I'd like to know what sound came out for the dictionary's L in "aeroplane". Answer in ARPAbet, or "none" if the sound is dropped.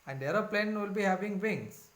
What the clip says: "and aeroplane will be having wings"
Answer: L